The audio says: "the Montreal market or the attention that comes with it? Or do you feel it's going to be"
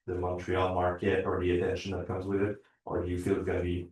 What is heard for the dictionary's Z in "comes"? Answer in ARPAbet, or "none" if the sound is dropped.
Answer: Z